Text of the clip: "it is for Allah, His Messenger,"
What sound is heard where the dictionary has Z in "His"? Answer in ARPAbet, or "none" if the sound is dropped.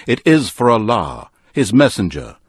Z